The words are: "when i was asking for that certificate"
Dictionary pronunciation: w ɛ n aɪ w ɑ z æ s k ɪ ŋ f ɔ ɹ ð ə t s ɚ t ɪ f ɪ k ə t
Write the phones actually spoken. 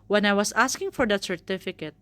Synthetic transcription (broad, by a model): w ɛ n aɪ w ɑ s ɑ s k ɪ ŋ f ɔ ɹ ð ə t s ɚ t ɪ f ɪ k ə t